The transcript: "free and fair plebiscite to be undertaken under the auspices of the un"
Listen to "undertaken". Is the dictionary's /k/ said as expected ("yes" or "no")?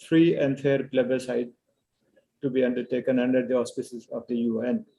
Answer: yes